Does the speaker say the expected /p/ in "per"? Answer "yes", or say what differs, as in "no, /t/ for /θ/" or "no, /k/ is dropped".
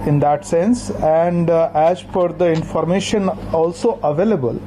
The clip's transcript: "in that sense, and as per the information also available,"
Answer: no, /f/ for /p/